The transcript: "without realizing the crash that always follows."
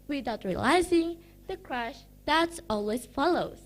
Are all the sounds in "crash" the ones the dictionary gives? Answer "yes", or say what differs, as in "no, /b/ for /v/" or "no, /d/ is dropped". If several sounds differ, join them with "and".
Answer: yes